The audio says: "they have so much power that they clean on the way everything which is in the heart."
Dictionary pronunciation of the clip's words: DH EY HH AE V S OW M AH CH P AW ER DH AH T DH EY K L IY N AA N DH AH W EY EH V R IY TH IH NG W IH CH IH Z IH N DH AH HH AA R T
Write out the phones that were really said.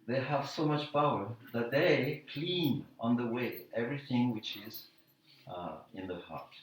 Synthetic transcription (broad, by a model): DH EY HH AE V S OW M AH CH P AW ER DH AH T DH EY K L IY N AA N DH AH W EY EH V R IY TH IH NG W IH CH IH Z IH N DH AH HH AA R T